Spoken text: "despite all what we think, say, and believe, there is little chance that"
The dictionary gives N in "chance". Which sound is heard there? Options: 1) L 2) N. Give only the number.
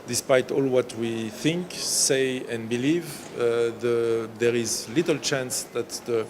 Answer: 2